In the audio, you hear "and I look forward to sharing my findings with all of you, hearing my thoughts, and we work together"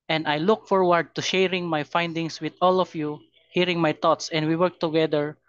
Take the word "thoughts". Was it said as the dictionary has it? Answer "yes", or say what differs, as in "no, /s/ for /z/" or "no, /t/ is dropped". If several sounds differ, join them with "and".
no, /t/ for /θ/